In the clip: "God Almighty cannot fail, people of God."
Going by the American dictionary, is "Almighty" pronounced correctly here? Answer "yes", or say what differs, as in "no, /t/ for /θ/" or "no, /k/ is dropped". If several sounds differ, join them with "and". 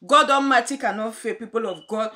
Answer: no, /n/ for /l/